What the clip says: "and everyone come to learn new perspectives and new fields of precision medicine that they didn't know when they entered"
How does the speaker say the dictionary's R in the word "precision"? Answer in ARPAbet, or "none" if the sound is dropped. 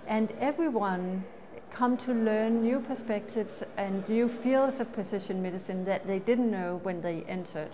none